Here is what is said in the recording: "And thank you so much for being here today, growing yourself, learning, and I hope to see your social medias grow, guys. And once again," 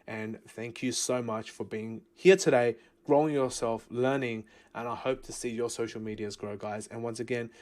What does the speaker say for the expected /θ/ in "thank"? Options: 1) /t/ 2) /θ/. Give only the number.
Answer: 2